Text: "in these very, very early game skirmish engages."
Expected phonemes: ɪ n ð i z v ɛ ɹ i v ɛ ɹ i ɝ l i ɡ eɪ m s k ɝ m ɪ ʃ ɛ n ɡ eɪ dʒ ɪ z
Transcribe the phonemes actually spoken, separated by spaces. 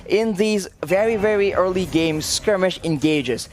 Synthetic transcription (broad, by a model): ɪ n ð i z v ɛ ɹ i v ɛ ɹ i ɝ l i ɡ eɪ m s k ɝ m ɪ ʃ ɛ n ɡ eɪ dʒ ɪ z